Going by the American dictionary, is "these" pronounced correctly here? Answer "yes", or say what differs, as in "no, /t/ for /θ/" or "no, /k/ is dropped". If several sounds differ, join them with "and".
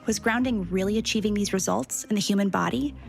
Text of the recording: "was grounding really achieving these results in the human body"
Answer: yes